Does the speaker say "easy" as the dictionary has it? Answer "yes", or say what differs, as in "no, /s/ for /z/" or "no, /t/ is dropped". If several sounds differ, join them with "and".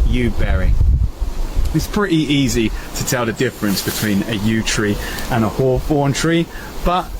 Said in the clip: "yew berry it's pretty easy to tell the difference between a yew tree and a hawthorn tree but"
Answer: yes